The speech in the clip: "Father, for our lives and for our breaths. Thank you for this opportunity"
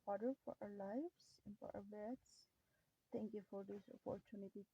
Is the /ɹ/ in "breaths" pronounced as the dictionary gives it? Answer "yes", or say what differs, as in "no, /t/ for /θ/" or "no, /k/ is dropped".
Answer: no, /ɹ/ is dropped